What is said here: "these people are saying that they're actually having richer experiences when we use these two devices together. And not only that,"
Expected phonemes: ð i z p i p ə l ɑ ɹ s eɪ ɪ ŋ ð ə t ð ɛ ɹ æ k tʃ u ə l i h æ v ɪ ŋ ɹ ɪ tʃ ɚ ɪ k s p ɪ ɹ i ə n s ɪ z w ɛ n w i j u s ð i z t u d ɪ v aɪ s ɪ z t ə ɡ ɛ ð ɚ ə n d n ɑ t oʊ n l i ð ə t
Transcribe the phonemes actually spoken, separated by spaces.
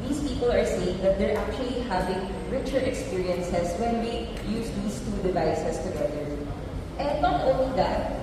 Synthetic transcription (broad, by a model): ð i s p i p ə l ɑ ɹ s eɪ ɪ ŋ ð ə t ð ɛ ɹ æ k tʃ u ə l i h æ v ɪ ŋ ɹ ɪ tʃ ɚ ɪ k s p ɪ ɹ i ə n s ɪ s w ɛ n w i j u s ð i s t u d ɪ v aɪ s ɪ s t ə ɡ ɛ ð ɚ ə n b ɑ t oʊ n l i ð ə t